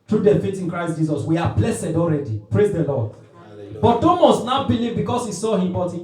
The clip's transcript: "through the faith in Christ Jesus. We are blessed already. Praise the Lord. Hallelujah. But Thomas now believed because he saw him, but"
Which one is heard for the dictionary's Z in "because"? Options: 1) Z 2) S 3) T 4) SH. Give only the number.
2